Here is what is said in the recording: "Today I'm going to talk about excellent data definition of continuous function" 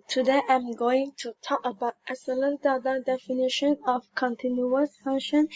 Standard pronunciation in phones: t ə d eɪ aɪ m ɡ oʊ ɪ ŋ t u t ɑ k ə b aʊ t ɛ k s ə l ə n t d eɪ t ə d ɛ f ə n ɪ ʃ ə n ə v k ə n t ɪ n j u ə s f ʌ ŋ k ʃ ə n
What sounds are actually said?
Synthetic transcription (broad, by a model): t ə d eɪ aɪ m ɡ oʊ ɪ ŋ t u t ɑ k ə b aʊ t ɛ s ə l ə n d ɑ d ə d ɛ f ə n ɪ ʃ ə n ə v k ə n t ɪ n j u ə s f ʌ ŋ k ʃ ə n